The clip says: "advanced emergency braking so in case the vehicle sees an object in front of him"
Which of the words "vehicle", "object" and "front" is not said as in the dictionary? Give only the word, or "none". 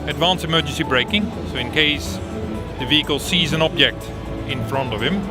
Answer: none